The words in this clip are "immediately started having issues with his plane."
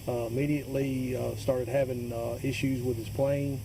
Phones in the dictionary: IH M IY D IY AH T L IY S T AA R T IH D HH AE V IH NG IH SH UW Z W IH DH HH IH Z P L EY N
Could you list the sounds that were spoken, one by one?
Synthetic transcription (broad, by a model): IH M IY D IY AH T L IY S T AA R T IH D HH AE V IH NG IH SH UW Z W IH DH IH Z P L EY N